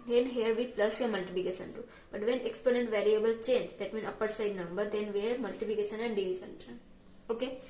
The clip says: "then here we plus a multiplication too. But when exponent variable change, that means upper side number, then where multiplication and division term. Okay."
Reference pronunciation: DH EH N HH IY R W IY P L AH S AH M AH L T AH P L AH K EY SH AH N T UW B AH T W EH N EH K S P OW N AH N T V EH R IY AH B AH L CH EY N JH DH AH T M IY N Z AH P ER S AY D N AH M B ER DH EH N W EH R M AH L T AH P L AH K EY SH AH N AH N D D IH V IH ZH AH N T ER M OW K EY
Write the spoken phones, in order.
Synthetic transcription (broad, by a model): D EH N HH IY R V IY P L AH S AH M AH L T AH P L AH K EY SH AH N T UW B AH T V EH N EH K S P OW N AH N T V EH R IY AH B AH L CH EY N JH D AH T M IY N AH P ER S AY D N AH M B ER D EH N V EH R M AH L T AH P L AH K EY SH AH N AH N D D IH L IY S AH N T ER OW K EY